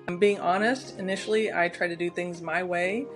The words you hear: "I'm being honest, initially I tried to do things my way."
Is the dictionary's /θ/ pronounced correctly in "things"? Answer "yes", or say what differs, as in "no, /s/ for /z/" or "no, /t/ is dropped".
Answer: yes